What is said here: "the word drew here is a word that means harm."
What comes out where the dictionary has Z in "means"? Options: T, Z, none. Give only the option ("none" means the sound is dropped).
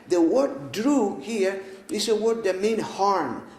none